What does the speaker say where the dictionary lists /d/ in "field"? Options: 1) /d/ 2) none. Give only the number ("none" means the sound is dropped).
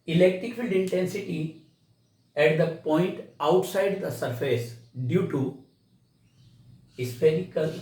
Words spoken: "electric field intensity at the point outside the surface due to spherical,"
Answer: 1